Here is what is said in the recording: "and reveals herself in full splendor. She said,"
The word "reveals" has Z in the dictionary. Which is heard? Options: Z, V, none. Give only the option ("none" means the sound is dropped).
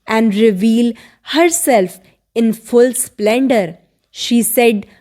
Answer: none